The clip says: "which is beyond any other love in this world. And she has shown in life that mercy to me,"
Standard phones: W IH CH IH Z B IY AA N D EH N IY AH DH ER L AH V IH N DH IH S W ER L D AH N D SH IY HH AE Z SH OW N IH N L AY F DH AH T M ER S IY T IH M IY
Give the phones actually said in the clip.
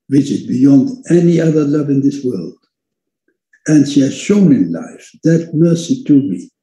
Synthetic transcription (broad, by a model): W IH CH IH Z B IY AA N D EH N IY AH DH ER L AH V IH N DH IH S W ER L D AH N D SH IY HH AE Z SH OW N IH N L AY F DH AH T M ER S IY T IH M IY